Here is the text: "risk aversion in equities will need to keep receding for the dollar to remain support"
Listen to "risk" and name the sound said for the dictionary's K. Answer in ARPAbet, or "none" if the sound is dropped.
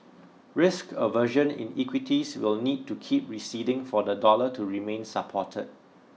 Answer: K